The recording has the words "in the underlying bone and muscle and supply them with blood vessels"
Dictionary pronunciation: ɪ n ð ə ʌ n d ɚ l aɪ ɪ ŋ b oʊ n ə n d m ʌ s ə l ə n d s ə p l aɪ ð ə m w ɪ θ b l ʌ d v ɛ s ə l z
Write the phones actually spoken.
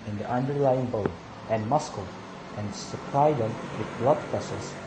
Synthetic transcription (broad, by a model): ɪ n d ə ʌ n d ɚ l aɪ ɪ ŋ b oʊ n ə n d m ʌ s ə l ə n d s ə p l aɪ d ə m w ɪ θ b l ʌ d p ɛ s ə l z